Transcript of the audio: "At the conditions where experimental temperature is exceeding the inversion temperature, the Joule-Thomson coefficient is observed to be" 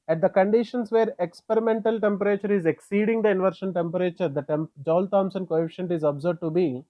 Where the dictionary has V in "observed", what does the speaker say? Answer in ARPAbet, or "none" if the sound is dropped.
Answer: none